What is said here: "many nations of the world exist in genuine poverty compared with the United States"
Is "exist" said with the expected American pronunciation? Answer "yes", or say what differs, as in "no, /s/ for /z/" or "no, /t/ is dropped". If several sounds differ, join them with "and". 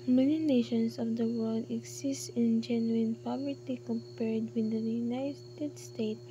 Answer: no, /s/ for /z/